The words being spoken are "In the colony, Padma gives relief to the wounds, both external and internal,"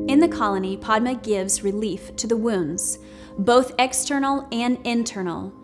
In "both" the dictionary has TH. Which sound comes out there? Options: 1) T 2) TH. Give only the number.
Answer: 2